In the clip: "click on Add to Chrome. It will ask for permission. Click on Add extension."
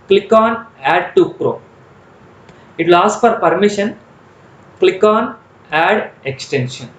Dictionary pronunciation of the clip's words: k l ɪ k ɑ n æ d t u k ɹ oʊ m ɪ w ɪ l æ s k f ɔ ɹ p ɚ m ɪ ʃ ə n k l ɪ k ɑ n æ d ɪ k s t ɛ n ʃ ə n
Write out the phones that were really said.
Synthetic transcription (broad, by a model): k l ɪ k ɑ n æ d t u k ɹ oʊ ɪ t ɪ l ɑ s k f ɔ ɹ p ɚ m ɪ ʃ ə n k l ɪ k ɑ n æ d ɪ k s t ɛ n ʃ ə n